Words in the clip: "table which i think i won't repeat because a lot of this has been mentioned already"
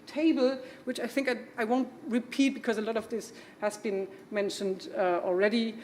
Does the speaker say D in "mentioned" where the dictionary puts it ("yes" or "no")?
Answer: yes